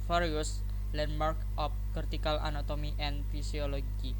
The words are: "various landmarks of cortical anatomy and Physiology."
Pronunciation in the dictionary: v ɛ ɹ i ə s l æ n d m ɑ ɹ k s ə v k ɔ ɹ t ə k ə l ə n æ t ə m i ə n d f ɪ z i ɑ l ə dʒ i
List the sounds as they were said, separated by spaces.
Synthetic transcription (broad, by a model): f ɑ ɹ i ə s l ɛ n m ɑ ɹ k ə p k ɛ ɹ t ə k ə l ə n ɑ t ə m i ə n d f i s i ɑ l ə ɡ i